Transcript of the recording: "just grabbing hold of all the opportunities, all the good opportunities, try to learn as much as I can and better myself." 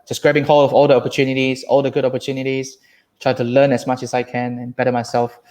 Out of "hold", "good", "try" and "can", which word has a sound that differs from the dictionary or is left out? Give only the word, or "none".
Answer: hold